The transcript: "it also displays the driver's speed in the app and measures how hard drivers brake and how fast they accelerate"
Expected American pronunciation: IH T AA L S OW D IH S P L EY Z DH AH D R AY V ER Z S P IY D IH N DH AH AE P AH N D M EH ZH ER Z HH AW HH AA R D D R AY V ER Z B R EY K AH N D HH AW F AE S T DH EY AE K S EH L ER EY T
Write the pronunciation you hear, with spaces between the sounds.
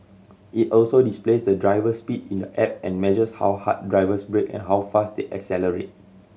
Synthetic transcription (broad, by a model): IH T AA L S OW D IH S P L EY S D AH D R AY V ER S P IY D IH N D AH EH P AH N M EH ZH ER S HH AW HH AA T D D R AY V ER S B R EY K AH N HH AW F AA S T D EY AE K S EH L ER EY T